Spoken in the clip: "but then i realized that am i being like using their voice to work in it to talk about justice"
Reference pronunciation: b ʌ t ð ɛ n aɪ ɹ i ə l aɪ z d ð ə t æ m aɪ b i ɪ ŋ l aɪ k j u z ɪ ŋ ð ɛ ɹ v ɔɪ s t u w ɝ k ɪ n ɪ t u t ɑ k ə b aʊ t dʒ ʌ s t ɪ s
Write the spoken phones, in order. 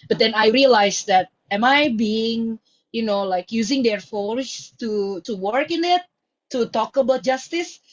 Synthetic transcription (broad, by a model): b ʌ t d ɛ n aɪ ɹ i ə l aɪ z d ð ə t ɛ m aɪ b i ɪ ŋ l aɪ k j u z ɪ ŋ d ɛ ɹ f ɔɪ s t u w ɝ k ɪ n ɪ t u t ɑ k ə b aʊ t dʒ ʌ s t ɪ s